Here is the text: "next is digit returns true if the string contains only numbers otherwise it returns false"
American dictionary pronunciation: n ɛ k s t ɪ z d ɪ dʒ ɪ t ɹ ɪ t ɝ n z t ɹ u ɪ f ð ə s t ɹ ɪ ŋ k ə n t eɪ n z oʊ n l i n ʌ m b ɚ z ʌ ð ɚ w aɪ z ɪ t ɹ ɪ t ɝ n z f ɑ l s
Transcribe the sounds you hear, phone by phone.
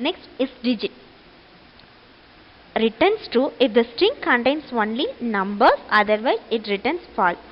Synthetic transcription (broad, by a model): n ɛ k s t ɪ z d ɪ dʒ ɪ t ɹ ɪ t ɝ n s t u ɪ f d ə s t ɹ ɪ ŋ k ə n t eɪ n s oʊ n l i n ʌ m b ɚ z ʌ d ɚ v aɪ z ɪ t ɹ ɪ t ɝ n s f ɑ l